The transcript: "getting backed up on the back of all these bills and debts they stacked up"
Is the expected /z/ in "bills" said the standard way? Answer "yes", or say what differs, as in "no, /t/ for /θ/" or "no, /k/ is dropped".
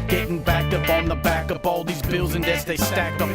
yes